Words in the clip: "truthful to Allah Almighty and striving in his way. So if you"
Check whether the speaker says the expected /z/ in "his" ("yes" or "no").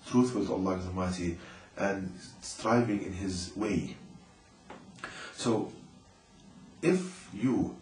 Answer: yes